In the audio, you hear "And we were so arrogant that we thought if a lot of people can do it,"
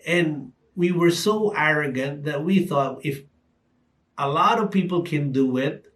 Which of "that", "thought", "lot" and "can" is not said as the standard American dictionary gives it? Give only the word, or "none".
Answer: none